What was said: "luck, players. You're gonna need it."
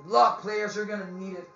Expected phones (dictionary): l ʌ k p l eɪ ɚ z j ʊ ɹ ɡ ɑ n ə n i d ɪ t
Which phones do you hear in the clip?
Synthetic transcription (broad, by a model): l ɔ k p l eɪ ɚ z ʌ ɹ ɡ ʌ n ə n i d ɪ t